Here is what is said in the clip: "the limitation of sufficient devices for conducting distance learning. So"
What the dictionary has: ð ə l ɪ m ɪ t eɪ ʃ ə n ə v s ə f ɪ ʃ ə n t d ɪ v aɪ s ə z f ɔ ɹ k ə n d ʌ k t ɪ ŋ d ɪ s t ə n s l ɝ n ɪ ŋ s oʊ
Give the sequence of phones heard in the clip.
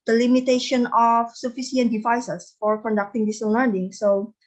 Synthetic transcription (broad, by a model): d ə l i m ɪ t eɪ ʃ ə n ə f s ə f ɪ s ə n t d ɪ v aɪ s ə s f ɔ ɹ k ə n d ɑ k t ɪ ŋ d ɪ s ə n l ɝ n ɪ ŋ s oʊ